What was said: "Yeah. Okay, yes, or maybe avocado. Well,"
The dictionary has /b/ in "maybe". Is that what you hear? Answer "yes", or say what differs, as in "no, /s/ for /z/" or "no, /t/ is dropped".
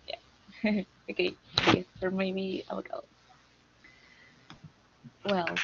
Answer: no, /b/ is dropped